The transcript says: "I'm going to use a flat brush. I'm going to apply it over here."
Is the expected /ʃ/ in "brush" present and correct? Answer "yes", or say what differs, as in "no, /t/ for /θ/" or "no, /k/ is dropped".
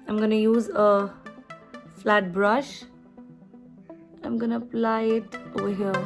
yes